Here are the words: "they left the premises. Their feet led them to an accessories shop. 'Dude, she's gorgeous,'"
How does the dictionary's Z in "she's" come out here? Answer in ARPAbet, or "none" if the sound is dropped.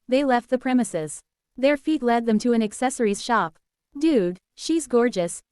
Z